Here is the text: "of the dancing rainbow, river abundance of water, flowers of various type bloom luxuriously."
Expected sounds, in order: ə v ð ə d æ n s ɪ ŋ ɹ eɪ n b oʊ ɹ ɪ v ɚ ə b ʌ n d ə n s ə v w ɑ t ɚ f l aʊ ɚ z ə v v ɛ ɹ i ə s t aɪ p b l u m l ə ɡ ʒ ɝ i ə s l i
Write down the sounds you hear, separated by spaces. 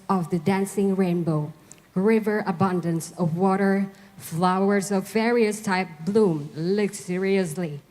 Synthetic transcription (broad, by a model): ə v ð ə d æ n s ɪ ŋ ɹ eɪ n b oʊ ɹ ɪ v ɚ ə b ʌ n d ə n s ə v w ɑ t ɚ f l aʊ ɚ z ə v v ɛ ɹ i ə s t aɪ p b l u m l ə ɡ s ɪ i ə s l i